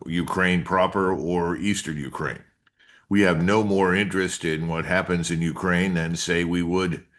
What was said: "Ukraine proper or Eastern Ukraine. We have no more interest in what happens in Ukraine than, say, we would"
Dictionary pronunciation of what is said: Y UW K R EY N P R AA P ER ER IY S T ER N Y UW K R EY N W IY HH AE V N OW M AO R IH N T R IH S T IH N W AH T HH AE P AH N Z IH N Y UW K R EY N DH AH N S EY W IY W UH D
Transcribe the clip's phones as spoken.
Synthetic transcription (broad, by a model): Y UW K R EY N P R AA P ER ER IY S T ER N Y UW K R EY N W IY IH V N OW M AO R IH N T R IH S T IH N W AH T HH AE P AH N Z IH N Y UW K R EY N DH AH N S EY W IY W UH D